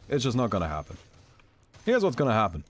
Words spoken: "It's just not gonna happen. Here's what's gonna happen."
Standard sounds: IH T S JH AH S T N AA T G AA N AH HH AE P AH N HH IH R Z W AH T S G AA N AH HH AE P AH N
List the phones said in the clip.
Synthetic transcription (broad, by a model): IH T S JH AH S N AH T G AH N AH HH AE P AH N HH IH R Z W AH T S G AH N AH HH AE P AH N